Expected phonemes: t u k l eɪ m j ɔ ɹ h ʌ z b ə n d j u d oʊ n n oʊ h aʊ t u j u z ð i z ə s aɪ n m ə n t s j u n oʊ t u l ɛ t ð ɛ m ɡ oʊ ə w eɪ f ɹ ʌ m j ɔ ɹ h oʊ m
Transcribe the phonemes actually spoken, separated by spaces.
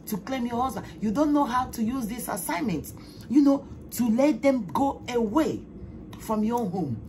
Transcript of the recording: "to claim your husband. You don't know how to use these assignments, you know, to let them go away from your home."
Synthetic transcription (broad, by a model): t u k l eɪ m j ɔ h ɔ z ə j u d oʊ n n oʊ h aʊ t u j u z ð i s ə s aɪ n m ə n t j u n oʊ t u l ɛ t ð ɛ m ɡ oʊ ə w eɪ f ɹ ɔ m j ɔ h oʊ m